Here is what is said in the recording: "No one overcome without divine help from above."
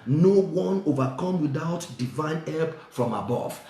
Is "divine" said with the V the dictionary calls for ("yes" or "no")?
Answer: yes